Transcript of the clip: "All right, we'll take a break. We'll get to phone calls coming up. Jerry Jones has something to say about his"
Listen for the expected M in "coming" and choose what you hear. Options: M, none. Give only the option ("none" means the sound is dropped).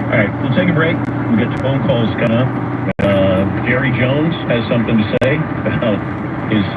none